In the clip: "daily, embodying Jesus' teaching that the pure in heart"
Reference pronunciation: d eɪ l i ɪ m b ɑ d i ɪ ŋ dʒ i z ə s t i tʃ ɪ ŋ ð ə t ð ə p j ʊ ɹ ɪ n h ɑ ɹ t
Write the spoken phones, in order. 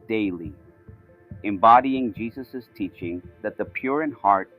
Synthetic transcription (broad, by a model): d eɪ l i ɪ m b ɑ d i ɪ ŋ dʒ i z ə s t i tʃ ɪ ŋ ð ə t ð ə p j ʊ ɹ ɪ n h ɑ ɹ t